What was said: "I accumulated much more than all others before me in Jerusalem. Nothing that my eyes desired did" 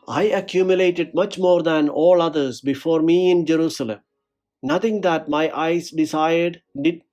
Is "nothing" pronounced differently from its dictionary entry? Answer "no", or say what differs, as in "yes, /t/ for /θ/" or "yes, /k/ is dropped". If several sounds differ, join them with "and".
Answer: yes, /t/ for /θ/